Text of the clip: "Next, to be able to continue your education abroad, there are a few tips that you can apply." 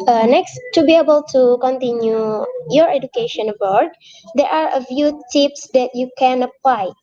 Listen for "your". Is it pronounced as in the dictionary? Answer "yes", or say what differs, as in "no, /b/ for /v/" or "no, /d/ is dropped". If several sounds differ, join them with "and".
yes